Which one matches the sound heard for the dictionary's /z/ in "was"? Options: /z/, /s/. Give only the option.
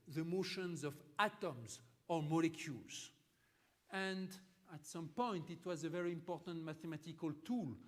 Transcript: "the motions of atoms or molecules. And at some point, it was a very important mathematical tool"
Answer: /z/